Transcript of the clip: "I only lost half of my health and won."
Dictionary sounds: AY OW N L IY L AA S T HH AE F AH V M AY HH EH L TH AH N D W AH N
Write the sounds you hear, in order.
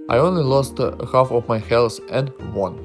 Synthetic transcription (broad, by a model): AY OW N L IY L AA S T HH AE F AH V M AY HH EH L S AH N D W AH N